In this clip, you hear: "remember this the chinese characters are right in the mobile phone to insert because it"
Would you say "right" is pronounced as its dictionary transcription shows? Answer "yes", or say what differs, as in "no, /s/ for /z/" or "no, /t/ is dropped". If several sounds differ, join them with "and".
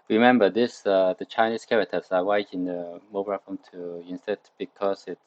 no, /w/ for /ɹ/